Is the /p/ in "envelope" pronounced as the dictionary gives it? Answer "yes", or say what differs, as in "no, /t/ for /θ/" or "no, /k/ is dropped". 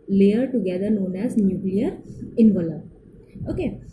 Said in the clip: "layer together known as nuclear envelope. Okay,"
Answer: no, /p/ is dropped